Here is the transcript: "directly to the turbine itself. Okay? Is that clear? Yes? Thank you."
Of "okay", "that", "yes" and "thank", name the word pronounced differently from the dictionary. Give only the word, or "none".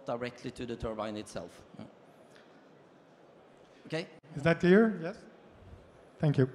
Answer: none